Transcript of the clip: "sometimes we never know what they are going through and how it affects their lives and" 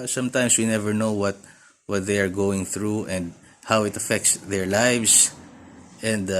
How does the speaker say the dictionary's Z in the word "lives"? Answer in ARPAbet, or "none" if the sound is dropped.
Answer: S